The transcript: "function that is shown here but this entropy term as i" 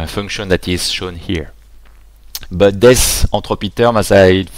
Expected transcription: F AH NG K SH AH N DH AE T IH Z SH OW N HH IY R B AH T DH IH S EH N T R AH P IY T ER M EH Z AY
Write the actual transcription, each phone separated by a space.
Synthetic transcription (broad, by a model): F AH NG K SH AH N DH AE T IH Z SH OW N HH IY R B AH T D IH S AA T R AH P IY T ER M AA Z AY